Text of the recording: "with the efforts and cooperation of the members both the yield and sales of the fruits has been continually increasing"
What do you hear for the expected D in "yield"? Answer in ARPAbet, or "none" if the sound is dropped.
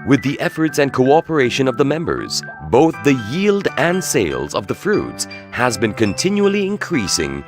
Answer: D